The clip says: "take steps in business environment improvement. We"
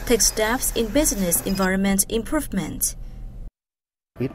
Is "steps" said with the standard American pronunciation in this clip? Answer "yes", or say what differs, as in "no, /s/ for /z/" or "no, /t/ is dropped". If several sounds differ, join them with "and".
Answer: no, /f/ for /p/